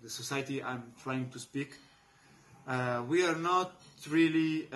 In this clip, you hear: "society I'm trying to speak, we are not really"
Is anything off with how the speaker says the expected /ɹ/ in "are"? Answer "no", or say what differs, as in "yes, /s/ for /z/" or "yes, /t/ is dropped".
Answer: no